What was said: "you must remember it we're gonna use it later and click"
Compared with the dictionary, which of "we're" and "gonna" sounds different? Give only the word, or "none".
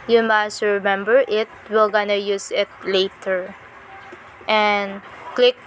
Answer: we're